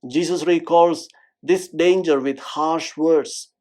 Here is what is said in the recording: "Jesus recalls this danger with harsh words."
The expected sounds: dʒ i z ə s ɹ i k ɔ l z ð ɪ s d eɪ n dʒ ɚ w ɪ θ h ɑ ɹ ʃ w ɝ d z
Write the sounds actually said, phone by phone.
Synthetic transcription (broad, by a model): dʒ i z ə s ɹ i k ɔ l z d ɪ s d eɪ n dʒ ɚ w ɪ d h ɑ ɹ ʃ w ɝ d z